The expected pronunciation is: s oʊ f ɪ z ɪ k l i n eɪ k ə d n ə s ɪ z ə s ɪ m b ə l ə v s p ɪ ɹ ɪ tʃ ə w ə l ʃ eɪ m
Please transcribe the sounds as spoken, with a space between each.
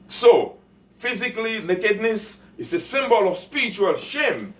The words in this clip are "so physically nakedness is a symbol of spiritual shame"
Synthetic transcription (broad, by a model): s oʊ f ɪ z ɪ k l i n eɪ k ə d n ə s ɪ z ə s ɪ m b ə l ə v s p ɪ ɹ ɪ tʃ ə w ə l ʃ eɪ m